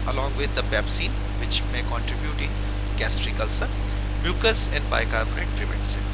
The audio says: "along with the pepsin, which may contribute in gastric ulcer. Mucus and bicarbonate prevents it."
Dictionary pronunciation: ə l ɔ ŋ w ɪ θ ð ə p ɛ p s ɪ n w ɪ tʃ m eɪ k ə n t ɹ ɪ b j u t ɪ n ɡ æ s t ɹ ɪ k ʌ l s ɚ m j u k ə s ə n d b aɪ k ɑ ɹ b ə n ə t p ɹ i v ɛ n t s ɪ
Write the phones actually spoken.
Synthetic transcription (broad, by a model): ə l ɔ ŋ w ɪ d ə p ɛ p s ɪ n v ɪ tʃ m eɪ k ə n t ɹ ɪ b j u t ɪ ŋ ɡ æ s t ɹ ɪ k ʌ l s ɚ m j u k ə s ə n d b aɪ k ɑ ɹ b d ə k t ɹ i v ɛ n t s